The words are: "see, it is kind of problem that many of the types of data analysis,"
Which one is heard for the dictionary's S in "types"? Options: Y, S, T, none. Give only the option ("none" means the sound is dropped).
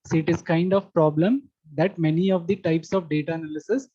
S